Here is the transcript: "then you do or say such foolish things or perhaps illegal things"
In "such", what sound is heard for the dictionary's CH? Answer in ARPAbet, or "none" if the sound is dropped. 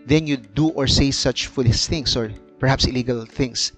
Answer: CH